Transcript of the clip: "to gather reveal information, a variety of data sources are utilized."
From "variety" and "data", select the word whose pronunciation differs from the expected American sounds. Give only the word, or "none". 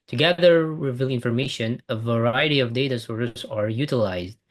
none